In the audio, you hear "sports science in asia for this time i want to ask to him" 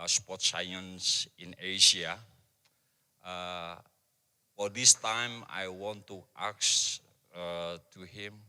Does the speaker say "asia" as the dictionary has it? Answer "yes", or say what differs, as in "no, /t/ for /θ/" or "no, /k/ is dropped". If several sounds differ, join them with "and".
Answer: no, /ʃ/ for /ʒ/